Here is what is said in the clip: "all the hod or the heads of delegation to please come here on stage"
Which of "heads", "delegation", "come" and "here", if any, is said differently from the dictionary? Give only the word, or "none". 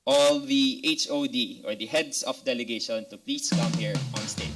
heads